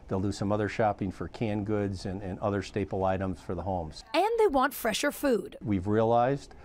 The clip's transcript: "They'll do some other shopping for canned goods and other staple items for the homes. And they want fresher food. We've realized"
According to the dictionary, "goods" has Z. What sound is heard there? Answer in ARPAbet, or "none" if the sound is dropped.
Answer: Z